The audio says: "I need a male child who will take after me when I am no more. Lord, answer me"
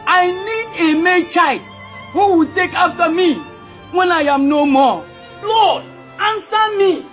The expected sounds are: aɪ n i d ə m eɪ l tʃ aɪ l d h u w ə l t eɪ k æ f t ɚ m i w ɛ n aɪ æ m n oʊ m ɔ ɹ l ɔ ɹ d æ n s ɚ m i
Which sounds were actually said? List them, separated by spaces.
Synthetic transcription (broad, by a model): aɪ n i d ə m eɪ tʃ aɪ l d h u w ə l t eɪ k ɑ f t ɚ m i w ɛ n aɪ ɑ m n oʊ m ɔ l ɔ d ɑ n s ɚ m i